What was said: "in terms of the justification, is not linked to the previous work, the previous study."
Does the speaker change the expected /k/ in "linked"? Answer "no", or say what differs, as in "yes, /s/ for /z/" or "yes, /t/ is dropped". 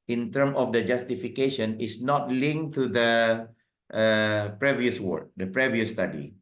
yes, /k/ is dropped